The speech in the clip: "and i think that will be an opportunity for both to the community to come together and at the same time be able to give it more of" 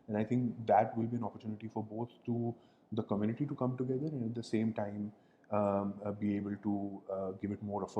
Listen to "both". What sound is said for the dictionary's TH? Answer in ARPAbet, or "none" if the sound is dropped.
T